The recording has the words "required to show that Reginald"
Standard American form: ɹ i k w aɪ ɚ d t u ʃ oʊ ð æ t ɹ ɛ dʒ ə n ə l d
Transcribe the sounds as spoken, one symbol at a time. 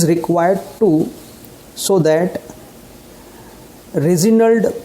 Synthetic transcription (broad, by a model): ɹ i k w aɪ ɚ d t u s oʊ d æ t ɹ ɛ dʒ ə n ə l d